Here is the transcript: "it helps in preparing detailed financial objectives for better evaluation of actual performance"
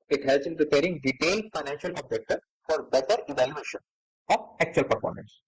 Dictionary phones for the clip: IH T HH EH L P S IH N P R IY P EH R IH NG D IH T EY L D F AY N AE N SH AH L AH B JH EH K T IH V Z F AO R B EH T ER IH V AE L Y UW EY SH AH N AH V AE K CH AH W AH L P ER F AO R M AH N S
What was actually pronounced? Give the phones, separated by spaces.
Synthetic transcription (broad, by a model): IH T HH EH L S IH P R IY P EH R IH NG D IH T EY L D F AY N AE N SH AH L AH B JH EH K T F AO R B EH T ER IH V AE L Y UW EY SH AH N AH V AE K CH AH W AH L P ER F AO R M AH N S